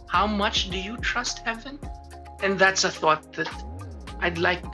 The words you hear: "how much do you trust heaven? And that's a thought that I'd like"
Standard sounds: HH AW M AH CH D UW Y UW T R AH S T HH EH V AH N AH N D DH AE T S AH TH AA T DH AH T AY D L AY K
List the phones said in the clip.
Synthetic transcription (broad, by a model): HH AW M AH CH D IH Y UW T R AH S T HH EH V AH N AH N DH AE T S AH TH AA T DH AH T AY D L AY K